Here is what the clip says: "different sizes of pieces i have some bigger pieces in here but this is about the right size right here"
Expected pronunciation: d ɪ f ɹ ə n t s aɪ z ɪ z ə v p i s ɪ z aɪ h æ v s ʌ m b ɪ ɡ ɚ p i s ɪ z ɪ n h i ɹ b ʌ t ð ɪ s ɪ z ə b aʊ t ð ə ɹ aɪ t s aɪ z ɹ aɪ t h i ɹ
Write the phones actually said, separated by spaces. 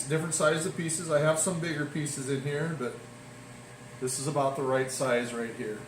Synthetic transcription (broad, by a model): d ɪ f ɹ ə n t s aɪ ɪ z ə v p i s ɪ z aɪ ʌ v s ʌ m b ɪ ɡ ɚ p i s ɪ z ɪ n h i ɹ b ʌ t ð ɪ s ɪ z ə b aʊ t ð ə ɹ aɪ t s aɪ z ɹ aɪ t h i ɹ